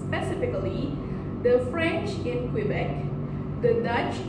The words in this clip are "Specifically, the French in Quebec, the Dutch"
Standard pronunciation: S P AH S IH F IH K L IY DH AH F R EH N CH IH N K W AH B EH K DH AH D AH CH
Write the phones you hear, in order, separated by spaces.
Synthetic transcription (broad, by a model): P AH S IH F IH K L IY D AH F R EH N CH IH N K W AH B EH K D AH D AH CH